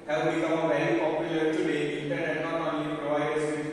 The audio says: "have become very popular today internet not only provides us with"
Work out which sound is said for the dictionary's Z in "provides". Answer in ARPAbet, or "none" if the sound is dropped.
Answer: none